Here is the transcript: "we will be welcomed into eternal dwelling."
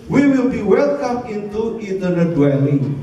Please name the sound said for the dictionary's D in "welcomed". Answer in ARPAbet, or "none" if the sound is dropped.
none